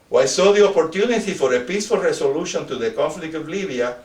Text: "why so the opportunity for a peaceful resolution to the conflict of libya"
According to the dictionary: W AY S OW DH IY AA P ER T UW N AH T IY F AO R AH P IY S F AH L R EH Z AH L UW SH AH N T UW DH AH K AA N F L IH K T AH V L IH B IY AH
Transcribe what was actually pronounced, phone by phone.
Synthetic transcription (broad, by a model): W AY S OW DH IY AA P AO T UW N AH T IY F AO R AH P IY S F AH L R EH S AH L UW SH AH N T UW DH AH K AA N F L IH K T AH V L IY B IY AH